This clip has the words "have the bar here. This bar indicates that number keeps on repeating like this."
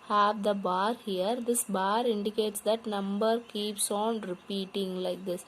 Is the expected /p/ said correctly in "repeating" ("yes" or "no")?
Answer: yes